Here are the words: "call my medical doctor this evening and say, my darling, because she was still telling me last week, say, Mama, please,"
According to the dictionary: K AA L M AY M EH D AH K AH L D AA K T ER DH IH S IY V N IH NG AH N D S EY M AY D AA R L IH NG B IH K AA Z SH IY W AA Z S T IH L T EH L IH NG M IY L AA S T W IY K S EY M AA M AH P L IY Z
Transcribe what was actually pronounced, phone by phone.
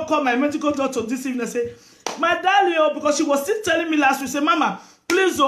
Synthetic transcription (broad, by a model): K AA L M AY M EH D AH K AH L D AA T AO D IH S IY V IH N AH S EY M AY D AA L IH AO B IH K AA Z SH IY W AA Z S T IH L T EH L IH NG M IY L AA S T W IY S EY M AA M AH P L IY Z